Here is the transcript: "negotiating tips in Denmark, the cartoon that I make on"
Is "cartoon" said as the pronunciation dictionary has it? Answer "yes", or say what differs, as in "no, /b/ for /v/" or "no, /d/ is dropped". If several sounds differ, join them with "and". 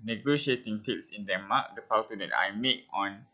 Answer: no, /w/ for /ɹ/